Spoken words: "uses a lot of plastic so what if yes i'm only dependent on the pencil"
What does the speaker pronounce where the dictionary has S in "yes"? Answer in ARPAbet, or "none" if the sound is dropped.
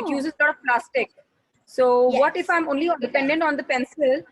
none